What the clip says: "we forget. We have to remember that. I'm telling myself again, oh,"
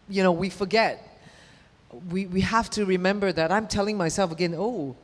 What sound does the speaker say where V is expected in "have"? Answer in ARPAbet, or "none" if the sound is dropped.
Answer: F